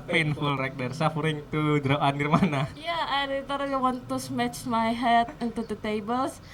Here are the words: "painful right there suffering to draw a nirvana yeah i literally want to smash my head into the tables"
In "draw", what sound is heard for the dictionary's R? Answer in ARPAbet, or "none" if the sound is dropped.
R